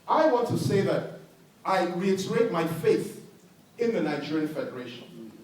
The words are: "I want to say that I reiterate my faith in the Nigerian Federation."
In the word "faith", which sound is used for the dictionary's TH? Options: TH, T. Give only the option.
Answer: TH